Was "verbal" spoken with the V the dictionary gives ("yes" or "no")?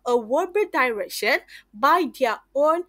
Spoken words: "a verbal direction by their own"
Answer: no